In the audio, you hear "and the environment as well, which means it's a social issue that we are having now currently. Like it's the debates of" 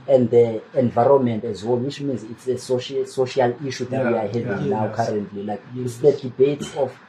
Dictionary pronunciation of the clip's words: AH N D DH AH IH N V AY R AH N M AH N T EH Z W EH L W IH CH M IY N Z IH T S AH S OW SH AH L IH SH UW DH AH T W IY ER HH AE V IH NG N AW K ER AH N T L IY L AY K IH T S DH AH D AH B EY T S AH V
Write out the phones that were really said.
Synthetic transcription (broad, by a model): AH N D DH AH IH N V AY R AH N M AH N T EH Z W EH L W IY CH M IY N Z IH T S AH S OW SH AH L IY SH UW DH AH T W IY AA HH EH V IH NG N AW K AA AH N T L IY L AY K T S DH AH D AH B EY T S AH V